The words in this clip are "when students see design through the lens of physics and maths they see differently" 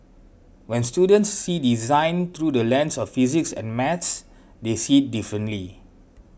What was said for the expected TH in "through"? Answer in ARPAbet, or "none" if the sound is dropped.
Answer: T